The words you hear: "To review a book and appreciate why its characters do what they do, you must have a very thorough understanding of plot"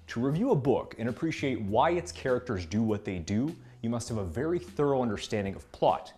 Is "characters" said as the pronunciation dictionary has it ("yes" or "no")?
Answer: yes